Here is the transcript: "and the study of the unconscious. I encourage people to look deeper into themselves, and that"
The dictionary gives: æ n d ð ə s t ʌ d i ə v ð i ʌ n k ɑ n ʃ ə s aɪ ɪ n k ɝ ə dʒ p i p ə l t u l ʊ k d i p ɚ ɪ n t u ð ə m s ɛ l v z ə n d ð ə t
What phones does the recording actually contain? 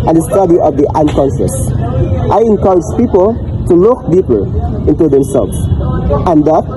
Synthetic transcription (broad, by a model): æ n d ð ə s t ʌ d i ə v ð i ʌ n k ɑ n s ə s aɪ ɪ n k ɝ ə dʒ p i p ə l t u l ʊ k d i p ɚ ɪ n t u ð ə m s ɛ l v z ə n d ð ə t